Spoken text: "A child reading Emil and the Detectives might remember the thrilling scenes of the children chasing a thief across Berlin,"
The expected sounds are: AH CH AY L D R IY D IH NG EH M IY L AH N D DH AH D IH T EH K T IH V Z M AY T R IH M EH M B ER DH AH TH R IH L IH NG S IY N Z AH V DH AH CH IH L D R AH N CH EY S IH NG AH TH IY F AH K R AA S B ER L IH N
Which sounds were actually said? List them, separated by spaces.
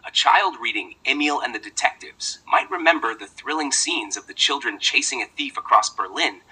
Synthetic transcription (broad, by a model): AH CH AY L D R IY D IH NG EH M IY L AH N DH AH D IH T EH K T IH V Z M AY T R IH M EH M B ER DH AH TH R IH L IH NG S IY N Z AH V DH AH CH IH L D R AH N CH EY S IH NG AH TH IY F AH K R AA S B ER L IH N